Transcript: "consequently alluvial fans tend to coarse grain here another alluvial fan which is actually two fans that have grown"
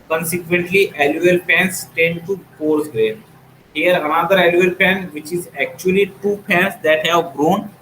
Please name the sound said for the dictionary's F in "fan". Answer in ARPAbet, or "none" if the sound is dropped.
P